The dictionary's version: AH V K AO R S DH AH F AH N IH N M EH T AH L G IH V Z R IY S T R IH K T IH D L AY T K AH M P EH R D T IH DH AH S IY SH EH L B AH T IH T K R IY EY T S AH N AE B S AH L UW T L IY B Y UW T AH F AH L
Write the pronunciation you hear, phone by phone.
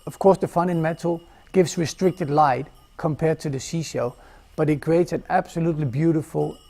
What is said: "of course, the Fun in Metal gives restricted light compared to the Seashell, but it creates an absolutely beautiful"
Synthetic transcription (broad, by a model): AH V K AO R S DH AH F AH N IH N M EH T L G IH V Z R IY S T R IH K T IH D L AY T K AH M P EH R D T IH DH AH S IY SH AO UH B AH T IH T K R IY EY T S AH N AE B S AH L UW T L IY B Y UW T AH F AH L